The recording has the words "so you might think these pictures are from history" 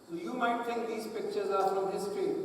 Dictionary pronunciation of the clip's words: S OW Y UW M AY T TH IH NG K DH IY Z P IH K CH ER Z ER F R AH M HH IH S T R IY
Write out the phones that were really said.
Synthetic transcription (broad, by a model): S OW Y UW M AY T T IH NG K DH IY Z P IH K CH ER Z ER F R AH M HH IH S T R IY